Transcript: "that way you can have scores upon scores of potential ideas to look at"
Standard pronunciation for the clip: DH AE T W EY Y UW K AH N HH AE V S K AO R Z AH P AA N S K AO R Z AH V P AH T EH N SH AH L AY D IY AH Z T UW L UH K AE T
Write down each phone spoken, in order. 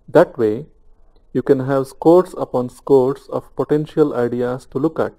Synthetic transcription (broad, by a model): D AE T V EY Y UW K AH N HH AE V S K AO R S AH P AA N S K AO R S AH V P AH T EH N SH AH L AY D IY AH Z T UW L UH K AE T